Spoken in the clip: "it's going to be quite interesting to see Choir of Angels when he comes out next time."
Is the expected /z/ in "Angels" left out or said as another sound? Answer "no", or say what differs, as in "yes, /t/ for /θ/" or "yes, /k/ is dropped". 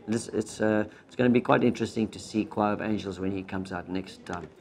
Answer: no